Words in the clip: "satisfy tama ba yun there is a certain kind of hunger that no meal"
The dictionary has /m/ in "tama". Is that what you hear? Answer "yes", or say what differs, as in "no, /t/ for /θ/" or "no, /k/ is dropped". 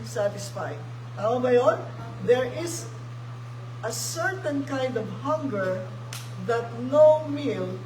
no, /m/ is dropped